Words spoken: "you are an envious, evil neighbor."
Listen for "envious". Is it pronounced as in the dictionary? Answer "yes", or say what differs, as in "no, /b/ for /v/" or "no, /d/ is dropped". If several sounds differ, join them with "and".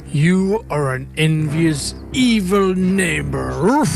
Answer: yes